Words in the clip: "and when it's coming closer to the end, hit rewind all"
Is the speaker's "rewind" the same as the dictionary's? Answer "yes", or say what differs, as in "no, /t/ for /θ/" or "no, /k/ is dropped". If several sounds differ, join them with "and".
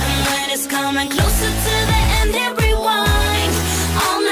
no, /d/ is dropped